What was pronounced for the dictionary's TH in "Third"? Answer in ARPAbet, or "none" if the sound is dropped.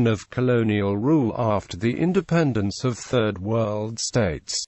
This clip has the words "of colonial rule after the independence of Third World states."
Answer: TH